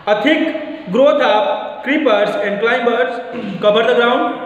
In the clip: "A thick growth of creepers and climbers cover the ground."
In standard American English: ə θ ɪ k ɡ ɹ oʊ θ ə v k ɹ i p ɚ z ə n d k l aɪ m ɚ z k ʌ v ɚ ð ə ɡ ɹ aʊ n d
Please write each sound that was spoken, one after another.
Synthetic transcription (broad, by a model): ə t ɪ k ɡ ɹ oʊ t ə p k ɹ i p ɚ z ə n d k l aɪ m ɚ s k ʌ b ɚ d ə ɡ ɹ aʊ n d